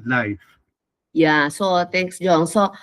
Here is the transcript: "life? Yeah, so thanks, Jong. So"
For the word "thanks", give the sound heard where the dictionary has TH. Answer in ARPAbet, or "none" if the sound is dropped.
T